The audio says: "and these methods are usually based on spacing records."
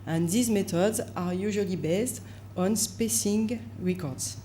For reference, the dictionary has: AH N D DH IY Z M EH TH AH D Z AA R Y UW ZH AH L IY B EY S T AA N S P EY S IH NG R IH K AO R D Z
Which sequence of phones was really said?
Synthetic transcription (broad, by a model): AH N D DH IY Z M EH T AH D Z AA R Y UW ZH AH L IY B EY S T AA N S P EY S IH NG R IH K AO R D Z